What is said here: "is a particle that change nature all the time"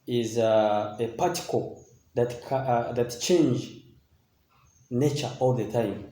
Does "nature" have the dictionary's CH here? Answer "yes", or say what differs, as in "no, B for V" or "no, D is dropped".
yes